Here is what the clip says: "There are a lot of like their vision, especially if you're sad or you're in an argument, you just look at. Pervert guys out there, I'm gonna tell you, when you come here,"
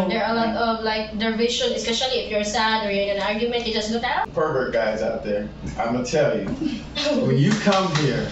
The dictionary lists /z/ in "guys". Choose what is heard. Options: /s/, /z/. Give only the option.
/z/